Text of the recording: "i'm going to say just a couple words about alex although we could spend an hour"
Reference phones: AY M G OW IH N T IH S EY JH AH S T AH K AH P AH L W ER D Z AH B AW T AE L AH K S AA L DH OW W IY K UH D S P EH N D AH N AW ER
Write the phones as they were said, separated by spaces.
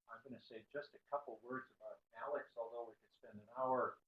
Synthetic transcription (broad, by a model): AY M G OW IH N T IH S EY JH AH S T AH K AH P L W ER D Z AH B AW T AE L AH K S AA L DH OW W IY K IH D S P EH N D AH N AW ER